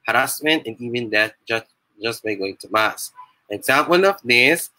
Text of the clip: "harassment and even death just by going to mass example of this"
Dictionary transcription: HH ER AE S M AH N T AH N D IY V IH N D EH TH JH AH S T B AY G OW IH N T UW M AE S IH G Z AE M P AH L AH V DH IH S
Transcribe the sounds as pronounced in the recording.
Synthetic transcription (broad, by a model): HH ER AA S M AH N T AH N IY V IH N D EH T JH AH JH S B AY G OW IH N T UW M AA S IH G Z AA M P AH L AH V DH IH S